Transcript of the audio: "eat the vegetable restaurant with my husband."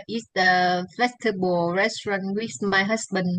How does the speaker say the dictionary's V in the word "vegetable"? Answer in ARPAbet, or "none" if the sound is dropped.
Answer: F